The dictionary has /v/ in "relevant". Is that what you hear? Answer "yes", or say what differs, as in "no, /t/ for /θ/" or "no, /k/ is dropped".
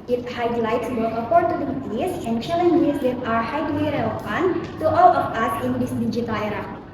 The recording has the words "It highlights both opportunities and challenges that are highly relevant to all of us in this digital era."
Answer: no, /p/ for /v/